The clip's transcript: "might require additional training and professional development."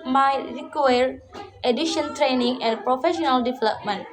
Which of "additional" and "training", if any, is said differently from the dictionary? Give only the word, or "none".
additional